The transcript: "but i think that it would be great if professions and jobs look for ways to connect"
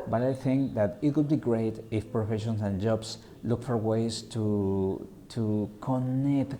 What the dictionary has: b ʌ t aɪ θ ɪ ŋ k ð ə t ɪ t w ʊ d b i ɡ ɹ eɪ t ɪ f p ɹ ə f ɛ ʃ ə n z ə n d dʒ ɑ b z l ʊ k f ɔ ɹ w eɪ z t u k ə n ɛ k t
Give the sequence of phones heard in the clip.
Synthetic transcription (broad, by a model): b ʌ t aɪ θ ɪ ŋ k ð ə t ɪ t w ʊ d b i ɡ ɹ eɪ t ɪ f p ɹ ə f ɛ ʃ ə n s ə n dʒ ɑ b s l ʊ k f ɔ ɹ w eɪ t t u k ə n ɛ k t